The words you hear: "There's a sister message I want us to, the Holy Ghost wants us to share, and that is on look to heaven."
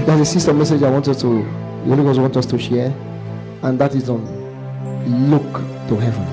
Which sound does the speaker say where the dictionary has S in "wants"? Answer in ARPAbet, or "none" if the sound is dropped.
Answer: none